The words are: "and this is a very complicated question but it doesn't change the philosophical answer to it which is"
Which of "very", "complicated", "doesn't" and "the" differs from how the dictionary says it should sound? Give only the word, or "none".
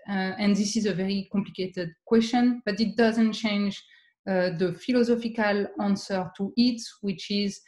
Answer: none